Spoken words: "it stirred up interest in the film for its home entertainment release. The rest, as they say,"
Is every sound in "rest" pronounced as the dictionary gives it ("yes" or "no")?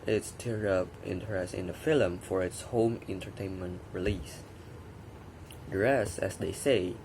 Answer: no